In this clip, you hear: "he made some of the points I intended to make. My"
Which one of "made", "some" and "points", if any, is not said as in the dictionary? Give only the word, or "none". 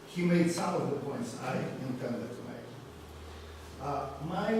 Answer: none